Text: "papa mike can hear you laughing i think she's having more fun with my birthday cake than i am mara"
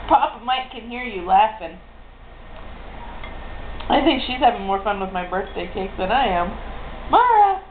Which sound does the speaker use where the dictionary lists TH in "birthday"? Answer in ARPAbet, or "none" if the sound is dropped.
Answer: TH